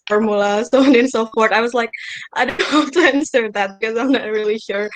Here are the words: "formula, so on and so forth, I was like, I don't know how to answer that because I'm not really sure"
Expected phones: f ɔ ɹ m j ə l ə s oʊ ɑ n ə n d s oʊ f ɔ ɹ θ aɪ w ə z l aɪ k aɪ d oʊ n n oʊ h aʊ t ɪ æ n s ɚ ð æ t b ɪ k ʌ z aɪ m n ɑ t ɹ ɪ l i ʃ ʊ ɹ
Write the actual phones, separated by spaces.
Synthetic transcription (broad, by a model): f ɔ ɹ m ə l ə s oʊ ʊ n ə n s oʊ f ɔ ɹ t aɪ w ə z l aɪ k aɪ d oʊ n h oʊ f t ɪ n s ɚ ð æ t b ɪ k ʌ z aɪ m n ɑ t ɹ ɪ l i ʃ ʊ ɹ